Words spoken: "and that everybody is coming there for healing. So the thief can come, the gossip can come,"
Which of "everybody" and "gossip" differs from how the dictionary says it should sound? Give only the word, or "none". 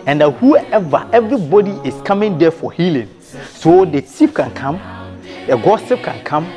none